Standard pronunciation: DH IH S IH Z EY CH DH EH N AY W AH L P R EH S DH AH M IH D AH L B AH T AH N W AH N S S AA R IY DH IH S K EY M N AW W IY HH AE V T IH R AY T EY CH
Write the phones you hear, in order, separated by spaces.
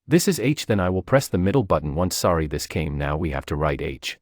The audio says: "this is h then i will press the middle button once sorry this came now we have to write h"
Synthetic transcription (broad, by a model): DH IH S IH Z EY CH DH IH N AY W AH L P R EH S DH AH M IH D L B AH T N W AH N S S AA R IY DH IH S K EY M N AW W IY HH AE F T IH R AY T EY CH